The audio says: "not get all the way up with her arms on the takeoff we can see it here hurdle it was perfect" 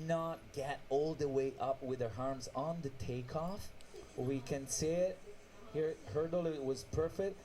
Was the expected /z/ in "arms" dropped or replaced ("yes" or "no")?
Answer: no